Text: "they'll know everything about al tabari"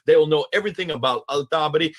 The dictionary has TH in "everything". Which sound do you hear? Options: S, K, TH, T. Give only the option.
TH